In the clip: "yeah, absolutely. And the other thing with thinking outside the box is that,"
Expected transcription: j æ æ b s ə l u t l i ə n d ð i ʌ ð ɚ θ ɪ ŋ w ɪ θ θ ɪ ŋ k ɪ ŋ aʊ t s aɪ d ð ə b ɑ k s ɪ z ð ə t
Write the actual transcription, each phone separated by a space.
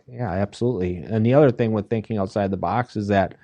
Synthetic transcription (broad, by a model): j æ æ b s ə l u t l i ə n ð i ʌ ð ɚ θ ɪ ŋ w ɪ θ θ ɪ ŋ k ɪ ŋ aʊ t s aɪ d ð ə b ɑ k s ɪ z ð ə t